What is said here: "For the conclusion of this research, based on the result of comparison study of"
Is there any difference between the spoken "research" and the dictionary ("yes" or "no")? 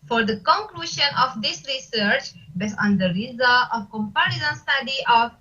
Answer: no